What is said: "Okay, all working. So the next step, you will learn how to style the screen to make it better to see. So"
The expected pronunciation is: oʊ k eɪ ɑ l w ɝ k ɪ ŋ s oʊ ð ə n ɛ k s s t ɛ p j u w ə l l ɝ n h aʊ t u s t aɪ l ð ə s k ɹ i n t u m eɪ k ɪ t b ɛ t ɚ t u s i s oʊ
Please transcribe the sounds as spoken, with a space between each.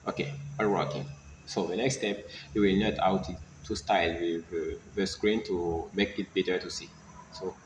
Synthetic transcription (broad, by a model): oʊ k eɪ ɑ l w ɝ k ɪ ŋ s oʊ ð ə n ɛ k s s t ɛ p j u w ə l n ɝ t aʊ t u s t aɪ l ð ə s k ɹ i n t u m eɪ k ɪ t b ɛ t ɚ t u s i s oʊ